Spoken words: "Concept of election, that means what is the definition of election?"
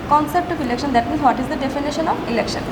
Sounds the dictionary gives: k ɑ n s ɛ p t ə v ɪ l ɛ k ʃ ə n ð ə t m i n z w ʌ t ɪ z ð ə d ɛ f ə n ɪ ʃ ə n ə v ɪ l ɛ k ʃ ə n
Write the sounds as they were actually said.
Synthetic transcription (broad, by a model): k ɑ n s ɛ p t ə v ɪ l ɛ k ʃ ə n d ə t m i z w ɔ t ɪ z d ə d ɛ f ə n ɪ ʃ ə n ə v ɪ l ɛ k ʃ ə n